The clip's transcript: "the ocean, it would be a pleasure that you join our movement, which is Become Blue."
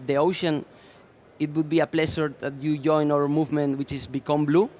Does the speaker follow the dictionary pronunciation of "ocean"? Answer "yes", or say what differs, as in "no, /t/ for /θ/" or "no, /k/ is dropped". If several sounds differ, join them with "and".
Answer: yes